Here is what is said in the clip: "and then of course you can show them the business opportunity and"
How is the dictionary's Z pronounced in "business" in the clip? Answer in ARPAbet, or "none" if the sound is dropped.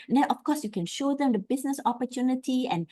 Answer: S